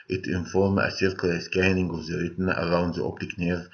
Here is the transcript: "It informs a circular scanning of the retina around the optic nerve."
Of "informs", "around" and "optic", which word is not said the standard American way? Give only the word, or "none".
informs